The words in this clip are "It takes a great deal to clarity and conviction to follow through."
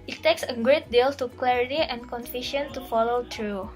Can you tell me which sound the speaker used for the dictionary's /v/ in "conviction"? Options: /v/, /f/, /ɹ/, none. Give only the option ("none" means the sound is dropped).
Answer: /f/